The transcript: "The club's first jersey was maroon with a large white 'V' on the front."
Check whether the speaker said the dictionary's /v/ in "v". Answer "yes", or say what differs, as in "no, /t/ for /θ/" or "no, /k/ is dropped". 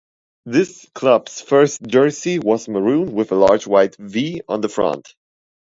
yes